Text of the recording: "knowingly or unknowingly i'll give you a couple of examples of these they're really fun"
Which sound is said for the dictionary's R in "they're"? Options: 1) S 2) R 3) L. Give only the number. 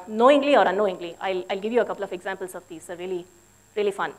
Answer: 3